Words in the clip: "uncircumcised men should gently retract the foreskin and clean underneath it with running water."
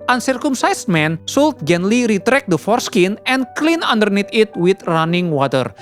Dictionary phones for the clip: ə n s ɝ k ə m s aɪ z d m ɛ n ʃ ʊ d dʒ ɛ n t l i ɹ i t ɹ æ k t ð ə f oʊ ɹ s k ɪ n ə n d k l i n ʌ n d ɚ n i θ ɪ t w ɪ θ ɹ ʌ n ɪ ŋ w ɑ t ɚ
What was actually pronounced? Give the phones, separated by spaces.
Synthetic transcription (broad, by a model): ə n s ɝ k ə m s aɪ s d m ɛ n s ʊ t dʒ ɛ n l i ɹ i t ɹ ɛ k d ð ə f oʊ ɹ s k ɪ n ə n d k l i n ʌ n d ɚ n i t ɪ t w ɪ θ ɹ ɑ n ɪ ŋ w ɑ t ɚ